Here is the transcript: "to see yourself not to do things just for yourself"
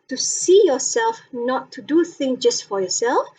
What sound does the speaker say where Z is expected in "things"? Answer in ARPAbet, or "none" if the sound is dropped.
none